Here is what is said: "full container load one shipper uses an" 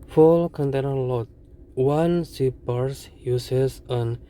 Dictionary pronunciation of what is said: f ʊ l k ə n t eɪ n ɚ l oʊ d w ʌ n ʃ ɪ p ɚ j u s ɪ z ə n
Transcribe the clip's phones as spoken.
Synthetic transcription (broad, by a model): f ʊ l k ə n t eɪ n ɚ l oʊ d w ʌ n s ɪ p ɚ j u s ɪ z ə n